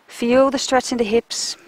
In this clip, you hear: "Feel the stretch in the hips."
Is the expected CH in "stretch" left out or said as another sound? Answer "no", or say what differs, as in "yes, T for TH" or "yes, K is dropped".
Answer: yes, S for CH